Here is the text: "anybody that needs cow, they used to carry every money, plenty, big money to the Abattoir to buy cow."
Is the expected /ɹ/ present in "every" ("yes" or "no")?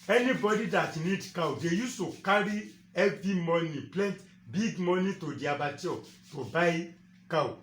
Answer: no